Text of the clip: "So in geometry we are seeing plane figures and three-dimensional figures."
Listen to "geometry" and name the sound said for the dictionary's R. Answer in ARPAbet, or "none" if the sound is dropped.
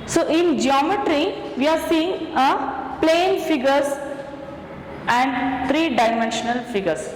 R